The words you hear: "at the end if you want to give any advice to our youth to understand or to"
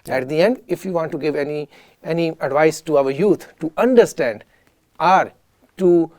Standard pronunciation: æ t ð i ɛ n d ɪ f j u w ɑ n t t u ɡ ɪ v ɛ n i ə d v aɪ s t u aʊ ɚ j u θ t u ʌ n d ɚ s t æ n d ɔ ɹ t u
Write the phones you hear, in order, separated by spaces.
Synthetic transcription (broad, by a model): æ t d i ɛ n d ɪ f j u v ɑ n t t u ɡ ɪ v ɛ n i ə d v aɪ s t u aʊ ɚ j u t t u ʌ n d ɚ s t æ n d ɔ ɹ t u